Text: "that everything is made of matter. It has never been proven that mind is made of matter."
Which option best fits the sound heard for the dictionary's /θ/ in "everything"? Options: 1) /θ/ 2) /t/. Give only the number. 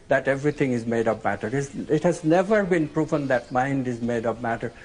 2